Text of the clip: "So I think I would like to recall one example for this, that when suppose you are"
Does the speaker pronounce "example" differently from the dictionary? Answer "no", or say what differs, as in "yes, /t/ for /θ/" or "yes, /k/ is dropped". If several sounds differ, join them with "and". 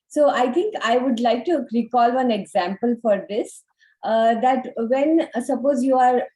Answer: no